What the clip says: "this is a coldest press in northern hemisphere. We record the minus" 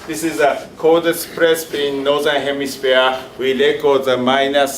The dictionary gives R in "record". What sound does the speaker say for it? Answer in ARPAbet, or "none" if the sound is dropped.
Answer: L